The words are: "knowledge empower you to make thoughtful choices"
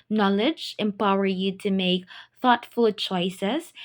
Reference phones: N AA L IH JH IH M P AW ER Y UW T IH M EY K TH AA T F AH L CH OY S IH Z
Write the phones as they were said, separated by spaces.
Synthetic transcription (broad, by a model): N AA L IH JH IH M P AW ER Y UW T IH M EY K TH AA T F AH L CH OY S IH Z